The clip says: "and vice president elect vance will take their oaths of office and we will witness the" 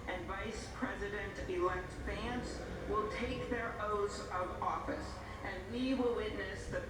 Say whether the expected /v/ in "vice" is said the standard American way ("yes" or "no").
yes